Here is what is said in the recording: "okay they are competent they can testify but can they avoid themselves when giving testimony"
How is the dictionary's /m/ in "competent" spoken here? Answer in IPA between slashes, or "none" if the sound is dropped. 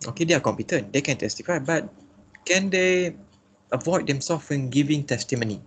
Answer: /m/